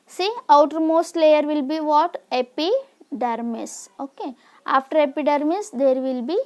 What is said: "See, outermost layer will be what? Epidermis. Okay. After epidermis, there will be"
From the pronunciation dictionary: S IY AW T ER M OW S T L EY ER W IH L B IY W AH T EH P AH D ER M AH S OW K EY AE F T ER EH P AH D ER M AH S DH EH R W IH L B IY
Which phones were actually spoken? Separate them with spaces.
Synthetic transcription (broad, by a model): S IY AW T ER M OW S T L EY ER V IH L B IY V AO T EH P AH D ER M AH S OW K EY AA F T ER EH P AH D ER M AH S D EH R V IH L B IY